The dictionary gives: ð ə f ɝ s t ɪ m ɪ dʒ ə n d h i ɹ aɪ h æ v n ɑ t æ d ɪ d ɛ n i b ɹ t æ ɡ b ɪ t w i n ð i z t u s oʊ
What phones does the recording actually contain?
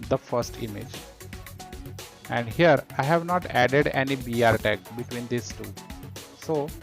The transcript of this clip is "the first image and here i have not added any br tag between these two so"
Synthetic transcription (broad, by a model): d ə f ɝ s t ɪ m ɪ dʒ ə n d h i ɹ aɪ h æ v n ɑ t æ d ɪ d ɛ n i b ɹ t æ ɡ b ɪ t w i n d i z t u s oʊ